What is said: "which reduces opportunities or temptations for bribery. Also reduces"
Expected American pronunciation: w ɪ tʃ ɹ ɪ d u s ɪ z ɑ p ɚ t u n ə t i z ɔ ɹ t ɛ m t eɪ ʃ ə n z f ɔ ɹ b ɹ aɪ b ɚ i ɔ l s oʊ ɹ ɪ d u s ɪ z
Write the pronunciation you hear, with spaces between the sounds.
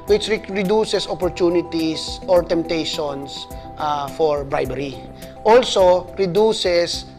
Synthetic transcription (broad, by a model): w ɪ tʃ ɹ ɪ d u s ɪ s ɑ p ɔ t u n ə t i s ɔ ɹ t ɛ m t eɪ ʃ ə n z f ɔ ɹ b ɹ aɪ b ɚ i ɔ l s oʊ ɹ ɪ d u s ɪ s